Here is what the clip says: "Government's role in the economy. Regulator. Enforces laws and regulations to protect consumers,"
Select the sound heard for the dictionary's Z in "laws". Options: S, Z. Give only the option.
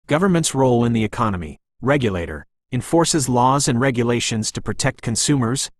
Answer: Z